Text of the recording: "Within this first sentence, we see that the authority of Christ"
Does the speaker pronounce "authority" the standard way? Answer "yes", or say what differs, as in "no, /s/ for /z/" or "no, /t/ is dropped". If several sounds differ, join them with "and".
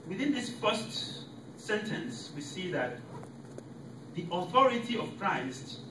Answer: yes